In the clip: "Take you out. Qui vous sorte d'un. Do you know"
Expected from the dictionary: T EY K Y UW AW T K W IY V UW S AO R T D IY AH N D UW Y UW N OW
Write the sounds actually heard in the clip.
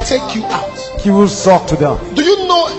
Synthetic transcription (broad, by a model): T EY K Y UW AW T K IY W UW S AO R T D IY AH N D UW Y UW N OW